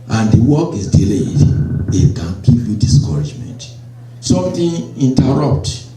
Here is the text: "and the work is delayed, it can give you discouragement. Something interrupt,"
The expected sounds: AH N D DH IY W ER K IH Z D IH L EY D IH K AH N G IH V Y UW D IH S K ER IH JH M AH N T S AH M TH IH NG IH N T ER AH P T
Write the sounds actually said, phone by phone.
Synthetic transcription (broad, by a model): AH N D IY W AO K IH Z D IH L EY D IH K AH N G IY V Y UW D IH S K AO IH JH M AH N T S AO M T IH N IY N T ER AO P T